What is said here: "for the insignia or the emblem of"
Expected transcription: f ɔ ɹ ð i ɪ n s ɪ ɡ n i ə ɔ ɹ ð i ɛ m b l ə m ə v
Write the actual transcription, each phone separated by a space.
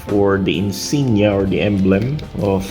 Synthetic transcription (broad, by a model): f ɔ ɹ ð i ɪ n s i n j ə ɔ ɹ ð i ɛ m b l ə m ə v